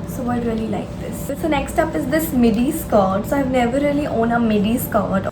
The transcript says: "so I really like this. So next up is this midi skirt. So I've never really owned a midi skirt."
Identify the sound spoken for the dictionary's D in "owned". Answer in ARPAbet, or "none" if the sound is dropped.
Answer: none